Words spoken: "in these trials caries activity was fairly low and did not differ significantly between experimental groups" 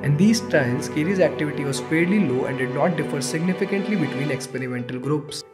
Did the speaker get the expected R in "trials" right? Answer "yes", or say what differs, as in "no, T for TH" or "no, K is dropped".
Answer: no, R is dropped